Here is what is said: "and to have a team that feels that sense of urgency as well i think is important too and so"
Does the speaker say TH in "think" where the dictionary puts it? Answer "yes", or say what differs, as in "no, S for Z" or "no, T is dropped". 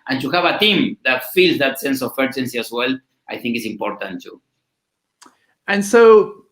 yes